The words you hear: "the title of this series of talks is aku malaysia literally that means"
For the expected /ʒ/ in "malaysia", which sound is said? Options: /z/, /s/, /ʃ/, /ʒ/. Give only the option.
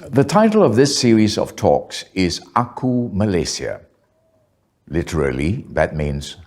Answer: /s/